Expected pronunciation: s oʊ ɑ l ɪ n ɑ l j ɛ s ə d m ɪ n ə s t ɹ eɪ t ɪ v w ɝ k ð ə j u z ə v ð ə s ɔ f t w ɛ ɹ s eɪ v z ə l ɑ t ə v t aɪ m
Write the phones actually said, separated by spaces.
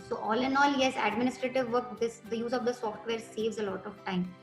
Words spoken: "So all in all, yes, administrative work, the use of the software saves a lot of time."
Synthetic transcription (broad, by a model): s oʊ ɑ l ɪ n ɑ l j ɛ s ə d m ɪ n ə s t ɹ eɪ t ɪ v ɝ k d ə j u z ə v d ə s ɔ f t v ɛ ɹ s eɪ v z ə l ɑ t ə v t aɪ m